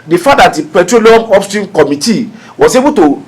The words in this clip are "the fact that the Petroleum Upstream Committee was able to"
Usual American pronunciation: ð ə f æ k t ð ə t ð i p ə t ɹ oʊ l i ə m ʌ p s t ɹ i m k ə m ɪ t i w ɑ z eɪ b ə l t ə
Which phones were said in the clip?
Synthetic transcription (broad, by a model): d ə f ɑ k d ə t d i p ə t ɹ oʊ l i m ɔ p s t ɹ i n k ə m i t i w ɑ s eɪ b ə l t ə